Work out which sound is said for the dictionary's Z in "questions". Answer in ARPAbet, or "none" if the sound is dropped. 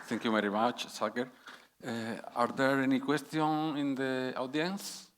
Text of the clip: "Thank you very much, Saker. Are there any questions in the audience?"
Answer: none